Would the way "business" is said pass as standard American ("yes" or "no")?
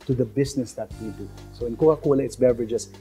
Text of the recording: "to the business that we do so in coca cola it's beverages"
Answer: no